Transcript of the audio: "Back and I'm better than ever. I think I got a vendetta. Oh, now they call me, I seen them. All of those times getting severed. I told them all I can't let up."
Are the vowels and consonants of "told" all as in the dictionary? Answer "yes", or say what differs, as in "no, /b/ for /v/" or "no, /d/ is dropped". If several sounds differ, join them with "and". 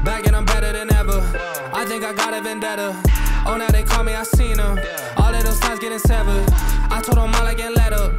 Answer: no, /l/ is dropped